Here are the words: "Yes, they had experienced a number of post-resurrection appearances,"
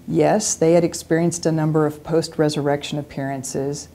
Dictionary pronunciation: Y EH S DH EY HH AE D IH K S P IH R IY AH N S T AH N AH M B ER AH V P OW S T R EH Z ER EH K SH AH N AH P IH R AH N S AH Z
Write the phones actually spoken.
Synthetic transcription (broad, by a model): Y EH S DH EY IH D IH K S P IH R IY AH N S T AH N AH M B ER AH V P OW S T R EH Z ER EH K SH AH N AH P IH R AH N S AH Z